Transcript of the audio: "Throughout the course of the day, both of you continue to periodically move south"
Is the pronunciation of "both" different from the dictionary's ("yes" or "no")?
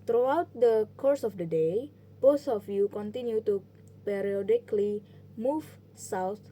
yes